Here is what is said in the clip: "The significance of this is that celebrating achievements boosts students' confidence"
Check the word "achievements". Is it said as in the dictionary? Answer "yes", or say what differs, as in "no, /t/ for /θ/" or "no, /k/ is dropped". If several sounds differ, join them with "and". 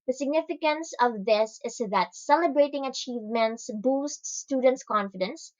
yes